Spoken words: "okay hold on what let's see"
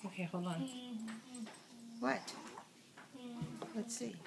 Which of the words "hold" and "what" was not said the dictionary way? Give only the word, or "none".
hold